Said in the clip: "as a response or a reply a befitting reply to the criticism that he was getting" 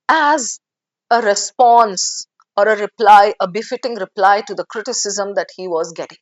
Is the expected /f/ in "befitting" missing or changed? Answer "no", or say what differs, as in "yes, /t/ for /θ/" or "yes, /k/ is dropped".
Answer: no